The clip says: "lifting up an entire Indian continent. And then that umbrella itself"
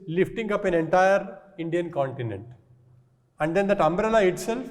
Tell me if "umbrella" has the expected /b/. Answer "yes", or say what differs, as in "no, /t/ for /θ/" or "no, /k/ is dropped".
yes